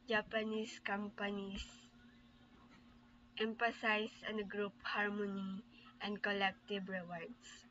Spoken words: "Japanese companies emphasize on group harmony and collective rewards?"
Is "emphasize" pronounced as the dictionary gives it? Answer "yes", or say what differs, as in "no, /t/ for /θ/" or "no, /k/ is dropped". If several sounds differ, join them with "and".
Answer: no, /s/ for /z/